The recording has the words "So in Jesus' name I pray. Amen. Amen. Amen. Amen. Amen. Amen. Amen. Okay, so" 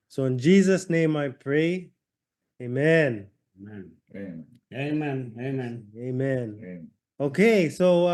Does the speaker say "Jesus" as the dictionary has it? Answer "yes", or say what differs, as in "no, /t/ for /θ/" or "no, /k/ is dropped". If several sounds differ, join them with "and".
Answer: yes